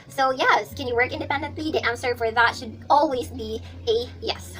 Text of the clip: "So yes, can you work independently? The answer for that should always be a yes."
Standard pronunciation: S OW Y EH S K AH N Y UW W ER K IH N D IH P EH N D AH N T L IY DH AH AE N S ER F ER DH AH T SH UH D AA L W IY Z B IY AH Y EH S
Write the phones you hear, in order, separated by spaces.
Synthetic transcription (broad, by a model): S OW Y EH S K AH N Y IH W ER K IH N D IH P EH N D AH N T L IY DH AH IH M S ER F ER DH AH T SH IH D AA L W IY Z B IY AH Y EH S